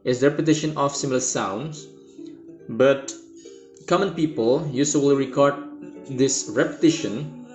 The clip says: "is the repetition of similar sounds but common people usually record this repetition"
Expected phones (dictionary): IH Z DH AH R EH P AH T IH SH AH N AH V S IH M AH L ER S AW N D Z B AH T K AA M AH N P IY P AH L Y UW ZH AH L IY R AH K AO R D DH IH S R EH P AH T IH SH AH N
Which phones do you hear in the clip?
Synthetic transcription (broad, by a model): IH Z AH R EH P AH T IH SH AH N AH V S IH M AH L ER S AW N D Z B AH T K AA M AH N P IY P AH L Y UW S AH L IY R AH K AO R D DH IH S R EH P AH T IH SH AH N